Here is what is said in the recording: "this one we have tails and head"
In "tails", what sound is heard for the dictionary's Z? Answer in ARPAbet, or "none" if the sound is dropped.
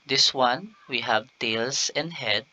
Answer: S